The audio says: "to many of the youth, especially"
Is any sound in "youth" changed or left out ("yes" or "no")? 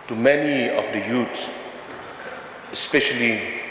yes